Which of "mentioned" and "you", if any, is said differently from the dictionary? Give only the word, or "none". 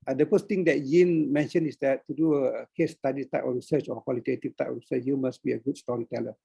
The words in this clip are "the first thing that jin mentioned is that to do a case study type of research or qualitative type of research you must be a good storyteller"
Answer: mentioned